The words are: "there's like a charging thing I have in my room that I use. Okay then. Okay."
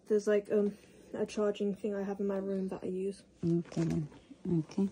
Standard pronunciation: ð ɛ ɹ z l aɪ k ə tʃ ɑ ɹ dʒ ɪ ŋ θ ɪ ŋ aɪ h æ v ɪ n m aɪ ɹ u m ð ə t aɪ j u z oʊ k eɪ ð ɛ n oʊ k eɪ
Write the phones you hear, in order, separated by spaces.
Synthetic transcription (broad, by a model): ð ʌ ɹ z l aɪ k ə tʃ ɑ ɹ dʒ ɪ ŋ θ ɪ ŋ aɪ h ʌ v ɪ n m aɪ ɹ u m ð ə t aɪ j u z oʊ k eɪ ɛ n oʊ k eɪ